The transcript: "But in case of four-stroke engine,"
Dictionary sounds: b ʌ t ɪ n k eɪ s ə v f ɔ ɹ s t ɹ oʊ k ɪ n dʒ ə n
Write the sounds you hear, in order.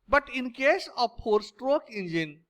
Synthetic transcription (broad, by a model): b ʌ t ɪ n k eɪ s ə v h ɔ ɹ s t ɹ oʊ k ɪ n dʒ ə n